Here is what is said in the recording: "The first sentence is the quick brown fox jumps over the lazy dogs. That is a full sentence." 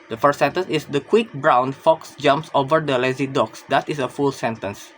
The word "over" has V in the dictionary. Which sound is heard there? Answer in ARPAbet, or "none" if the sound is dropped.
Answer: V